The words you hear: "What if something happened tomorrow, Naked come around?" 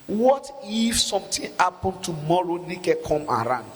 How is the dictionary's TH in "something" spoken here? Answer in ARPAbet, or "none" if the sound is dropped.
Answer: T